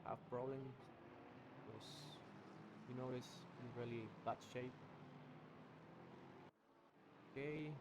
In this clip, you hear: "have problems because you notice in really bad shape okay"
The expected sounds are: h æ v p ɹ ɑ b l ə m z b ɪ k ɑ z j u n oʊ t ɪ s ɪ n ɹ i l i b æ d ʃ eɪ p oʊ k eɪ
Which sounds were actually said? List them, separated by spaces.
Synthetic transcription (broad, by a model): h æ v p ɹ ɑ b l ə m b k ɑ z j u n oʊ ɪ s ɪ ɹ i l i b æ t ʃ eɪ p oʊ k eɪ